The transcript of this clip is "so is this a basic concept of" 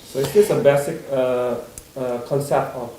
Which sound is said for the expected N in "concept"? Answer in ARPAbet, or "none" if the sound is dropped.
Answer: L